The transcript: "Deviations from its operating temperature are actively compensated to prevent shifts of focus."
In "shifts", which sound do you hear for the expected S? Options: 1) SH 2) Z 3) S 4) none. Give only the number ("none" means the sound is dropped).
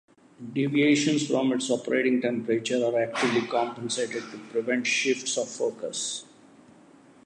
3